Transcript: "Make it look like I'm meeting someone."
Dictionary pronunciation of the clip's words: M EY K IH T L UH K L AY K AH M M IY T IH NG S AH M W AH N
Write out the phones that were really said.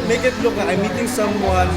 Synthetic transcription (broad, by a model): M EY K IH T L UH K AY AH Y M IY T IH NG S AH M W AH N